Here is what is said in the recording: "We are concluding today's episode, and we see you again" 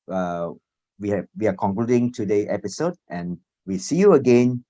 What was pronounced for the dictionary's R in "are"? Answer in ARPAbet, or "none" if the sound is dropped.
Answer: W